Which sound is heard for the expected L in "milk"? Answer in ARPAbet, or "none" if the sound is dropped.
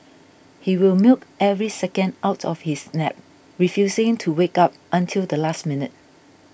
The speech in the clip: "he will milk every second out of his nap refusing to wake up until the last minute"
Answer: L